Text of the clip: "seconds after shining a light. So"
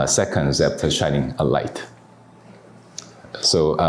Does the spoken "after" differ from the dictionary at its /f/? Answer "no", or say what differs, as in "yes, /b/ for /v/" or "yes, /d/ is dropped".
yes, /p/ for /f/